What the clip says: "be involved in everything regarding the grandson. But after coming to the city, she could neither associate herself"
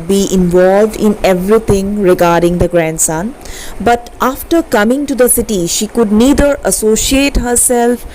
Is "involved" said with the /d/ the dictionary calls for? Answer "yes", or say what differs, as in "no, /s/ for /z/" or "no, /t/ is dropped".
yes